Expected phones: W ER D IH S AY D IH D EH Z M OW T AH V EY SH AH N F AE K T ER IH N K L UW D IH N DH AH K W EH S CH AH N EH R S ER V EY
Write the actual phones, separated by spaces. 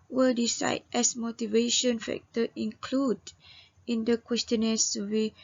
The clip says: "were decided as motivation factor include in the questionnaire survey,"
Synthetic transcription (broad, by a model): W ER D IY S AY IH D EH S M OW T AH V EY SH AH N F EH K T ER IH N K L UW D IH N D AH K W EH S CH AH N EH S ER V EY